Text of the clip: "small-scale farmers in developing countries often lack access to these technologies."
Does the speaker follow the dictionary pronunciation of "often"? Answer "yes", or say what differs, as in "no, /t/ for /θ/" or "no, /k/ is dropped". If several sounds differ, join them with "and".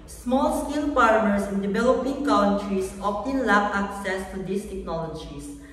no, /p/ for /f/